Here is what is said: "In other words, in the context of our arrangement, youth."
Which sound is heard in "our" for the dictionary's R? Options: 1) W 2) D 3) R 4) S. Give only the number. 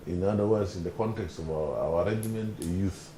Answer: 1